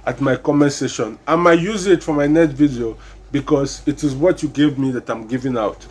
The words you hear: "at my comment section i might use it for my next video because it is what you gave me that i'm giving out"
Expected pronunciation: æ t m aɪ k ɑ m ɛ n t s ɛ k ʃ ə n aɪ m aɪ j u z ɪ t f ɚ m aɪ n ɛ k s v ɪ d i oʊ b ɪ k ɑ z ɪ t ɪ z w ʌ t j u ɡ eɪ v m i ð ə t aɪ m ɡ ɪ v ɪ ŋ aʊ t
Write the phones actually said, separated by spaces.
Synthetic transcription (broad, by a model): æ t m aɪ k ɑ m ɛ s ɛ ʃ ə n aɪ m aɪ j u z ɪ t f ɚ m aɪ n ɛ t v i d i oʊ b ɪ k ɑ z ɪ t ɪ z w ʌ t j u ɡ eɪ v m i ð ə t aɪ m ɡ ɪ v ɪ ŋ aʊ t